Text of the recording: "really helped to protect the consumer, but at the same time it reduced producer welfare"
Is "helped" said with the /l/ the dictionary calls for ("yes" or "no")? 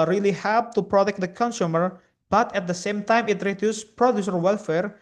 no